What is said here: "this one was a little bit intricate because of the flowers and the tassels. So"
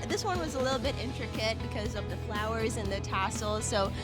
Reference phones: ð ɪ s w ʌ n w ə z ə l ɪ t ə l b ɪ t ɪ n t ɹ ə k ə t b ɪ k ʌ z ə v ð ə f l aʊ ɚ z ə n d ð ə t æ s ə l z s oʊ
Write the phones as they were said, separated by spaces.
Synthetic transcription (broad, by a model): ð ɪ s w ʌ n w ə z ə l ɪ t l b ɪ t ɪ n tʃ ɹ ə k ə t b ɪ k ʌ z ə v ð ə f l aʊ ɚ z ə n ð ə t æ s l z s oʊ